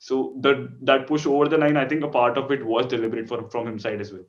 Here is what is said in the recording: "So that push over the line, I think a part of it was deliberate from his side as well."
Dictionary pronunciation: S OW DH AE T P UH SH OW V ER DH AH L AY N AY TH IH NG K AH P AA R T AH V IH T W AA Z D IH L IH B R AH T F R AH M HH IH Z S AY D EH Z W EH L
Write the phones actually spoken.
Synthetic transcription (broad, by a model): S OW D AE T P UH SH OW V ER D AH N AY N AY T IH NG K AH P AA R T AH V IH T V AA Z D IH L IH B R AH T F R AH M HH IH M S AY D EH Z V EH L